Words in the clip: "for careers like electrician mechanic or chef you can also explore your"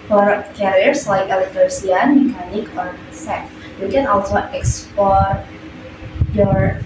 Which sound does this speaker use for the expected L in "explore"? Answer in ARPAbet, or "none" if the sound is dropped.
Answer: none